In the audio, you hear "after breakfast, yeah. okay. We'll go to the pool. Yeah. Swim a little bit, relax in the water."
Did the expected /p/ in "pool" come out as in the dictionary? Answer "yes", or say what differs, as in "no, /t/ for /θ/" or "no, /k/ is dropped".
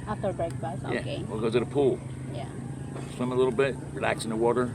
yes